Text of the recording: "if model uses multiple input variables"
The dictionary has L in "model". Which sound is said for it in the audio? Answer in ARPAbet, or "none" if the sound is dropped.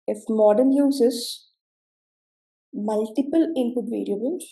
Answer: N